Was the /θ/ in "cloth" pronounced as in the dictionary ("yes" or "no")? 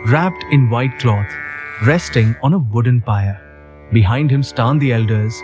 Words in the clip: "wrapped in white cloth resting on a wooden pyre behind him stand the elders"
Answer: no